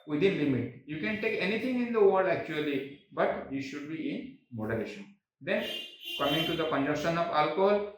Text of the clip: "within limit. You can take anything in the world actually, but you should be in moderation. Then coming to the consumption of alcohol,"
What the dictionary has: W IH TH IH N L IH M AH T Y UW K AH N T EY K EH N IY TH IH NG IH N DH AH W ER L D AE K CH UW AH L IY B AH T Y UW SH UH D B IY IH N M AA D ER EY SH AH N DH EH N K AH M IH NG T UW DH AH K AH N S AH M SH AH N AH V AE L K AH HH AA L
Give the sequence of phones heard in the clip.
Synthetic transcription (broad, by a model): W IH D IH N L IH M AH T Y UW K AH N T EY K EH N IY T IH NG IH N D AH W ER D AE K CH UW AH L IY B AH T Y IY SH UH D B IY IH N M AA D ER EY SH AH N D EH N K AH M IH NG T UW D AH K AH N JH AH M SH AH N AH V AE L K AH HH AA L